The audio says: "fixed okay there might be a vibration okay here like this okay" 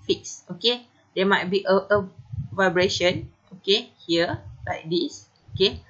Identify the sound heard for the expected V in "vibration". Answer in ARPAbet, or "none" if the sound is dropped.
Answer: V